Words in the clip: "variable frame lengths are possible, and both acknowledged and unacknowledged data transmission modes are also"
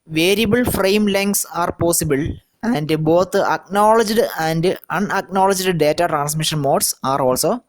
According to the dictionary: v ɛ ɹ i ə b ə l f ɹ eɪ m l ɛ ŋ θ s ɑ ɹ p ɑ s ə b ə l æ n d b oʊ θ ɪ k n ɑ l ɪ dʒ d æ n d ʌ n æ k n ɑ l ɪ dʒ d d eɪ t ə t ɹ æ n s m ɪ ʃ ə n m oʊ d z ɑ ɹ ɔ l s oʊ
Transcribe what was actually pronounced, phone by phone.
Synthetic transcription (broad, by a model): v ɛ ɹ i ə b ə l f ɹ eɪ m l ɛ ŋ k s ɑ ɹ p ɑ s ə b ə l æ n d b oʊ t ɪ k n ɑ l ɪ dʒ d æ n d ʌ n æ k n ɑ l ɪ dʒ d d eɪ t ə t ɹ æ n s m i ʃ ə n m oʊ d s ɑ ɹ ɔ l s oʊ